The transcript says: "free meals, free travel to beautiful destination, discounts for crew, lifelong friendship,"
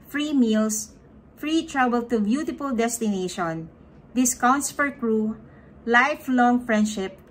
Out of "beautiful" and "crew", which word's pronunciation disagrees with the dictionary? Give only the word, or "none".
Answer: none